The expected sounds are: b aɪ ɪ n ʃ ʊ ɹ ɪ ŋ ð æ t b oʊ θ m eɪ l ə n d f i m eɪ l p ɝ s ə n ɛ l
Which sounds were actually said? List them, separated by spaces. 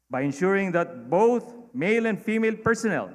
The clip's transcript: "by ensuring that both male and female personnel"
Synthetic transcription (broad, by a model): b aɪ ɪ n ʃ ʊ ɹ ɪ ŋ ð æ t b oʊ t m eɪ l ə n d f i m eɪ l p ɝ s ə n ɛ l